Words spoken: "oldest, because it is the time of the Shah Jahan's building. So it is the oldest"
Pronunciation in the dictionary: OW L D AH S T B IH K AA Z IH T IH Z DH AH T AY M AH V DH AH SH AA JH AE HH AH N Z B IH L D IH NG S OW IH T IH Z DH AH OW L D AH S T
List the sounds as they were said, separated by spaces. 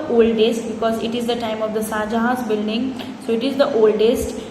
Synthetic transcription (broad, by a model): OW L D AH S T B IH K AA Z IH T IH Z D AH T AY M AH V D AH S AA JH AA HH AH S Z B IH L D IH NG S OW IH T IH Z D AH OW L D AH S T